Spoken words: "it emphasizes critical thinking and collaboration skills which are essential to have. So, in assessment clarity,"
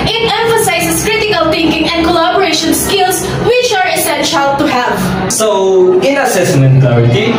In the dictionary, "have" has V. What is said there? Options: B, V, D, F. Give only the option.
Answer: V